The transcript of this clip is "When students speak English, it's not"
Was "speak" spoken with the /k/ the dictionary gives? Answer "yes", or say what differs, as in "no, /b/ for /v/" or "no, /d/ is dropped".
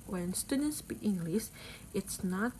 no, /k/ is dropped